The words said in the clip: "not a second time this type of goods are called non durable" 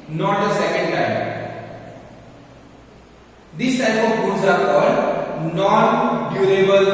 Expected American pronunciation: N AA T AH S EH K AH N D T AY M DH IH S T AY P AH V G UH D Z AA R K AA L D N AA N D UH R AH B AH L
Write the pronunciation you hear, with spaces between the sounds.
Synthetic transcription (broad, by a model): N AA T AH S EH K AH N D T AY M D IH S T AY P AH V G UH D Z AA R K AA D N AA N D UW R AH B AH L